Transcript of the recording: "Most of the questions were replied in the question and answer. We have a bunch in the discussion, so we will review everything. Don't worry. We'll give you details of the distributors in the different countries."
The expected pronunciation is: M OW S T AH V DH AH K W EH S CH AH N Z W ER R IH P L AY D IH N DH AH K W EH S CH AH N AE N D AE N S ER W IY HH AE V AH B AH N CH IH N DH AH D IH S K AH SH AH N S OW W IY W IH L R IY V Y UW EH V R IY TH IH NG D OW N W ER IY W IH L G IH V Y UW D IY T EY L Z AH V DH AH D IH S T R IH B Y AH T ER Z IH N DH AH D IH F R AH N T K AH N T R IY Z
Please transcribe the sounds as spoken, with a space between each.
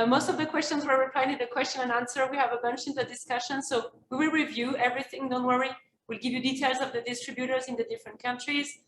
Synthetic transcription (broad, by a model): M OW S T AH V DH AH K W EH S CH AH N Z W ER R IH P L AY IH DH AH K W EH S CH AH N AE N AE N S ER W IY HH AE V AH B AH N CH IH N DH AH D IH S K AH SH AH N S OW W IY W IH L R IY V Y UW EH V R IY TH IH NG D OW N W ER IY W IH L G IH V Y UW D IY T EY L Z AH V DH AH D IH S T R IH B Y AH T ER Z IH N DH AH D IH F R AH N T K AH N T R IY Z